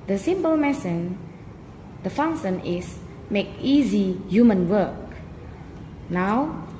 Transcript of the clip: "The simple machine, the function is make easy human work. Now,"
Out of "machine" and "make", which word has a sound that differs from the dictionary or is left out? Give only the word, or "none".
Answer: machine